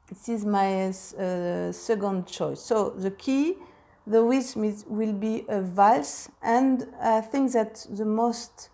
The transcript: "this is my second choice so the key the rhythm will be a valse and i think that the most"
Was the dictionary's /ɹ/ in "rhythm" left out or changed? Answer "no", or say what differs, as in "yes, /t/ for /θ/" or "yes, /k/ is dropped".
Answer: yes, /w/ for /ɹ/